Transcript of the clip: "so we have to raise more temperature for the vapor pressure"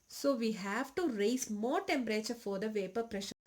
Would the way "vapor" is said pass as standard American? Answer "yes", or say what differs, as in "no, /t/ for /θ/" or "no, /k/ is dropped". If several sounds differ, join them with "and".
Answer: yes